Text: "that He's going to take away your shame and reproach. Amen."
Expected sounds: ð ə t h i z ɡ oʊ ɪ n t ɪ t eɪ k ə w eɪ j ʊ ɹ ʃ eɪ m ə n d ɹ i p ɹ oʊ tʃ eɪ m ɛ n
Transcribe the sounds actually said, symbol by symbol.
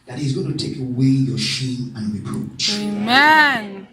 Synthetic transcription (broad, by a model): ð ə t h i z ɡ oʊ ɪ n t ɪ t eɪ k ə w eɪ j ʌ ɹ ʃ eɪ m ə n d ɹ i p ɹ oʊ tʃ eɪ m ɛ n